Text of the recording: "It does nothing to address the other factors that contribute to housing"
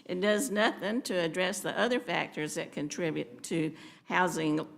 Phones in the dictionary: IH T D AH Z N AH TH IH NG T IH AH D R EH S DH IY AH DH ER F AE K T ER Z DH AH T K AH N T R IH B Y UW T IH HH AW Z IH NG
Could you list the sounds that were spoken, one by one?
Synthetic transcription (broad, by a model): IH T D AH Z N AH TH IH NG T IH D R EH S DH IY AH DH ER F AE K T ER Z DH AH T K AH N T R IH B Y UW T IH HH AW Z IH NG